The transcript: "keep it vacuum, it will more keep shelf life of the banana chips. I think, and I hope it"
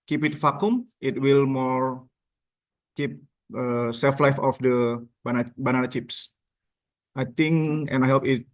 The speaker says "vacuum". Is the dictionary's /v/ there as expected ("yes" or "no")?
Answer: no